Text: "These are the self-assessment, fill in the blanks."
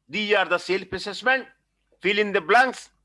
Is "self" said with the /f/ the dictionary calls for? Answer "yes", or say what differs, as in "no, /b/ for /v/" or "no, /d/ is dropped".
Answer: no, /p/ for /f/